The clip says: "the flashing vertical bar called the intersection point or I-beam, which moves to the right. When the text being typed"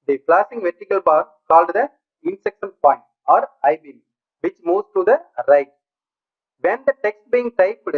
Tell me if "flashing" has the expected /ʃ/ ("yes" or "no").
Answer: no